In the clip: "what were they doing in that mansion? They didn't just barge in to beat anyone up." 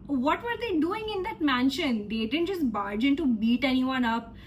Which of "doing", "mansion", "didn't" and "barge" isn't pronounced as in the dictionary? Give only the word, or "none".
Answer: none